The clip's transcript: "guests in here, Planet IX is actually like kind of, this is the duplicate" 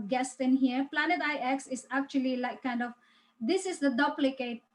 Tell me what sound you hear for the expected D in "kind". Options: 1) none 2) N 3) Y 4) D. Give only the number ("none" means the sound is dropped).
4